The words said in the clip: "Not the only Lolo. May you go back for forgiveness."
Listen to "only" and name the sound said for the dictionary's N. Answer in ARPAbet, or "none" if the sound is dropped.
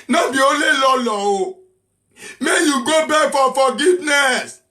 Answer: none